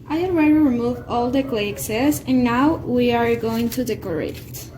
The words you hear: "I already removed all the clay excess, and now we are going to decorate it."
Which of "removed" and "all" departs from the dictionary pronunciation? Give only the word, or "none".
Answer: removed